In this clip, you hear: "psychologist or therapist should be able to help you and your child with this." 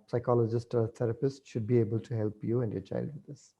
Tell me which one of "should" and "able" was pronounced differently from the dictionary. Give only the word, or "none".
none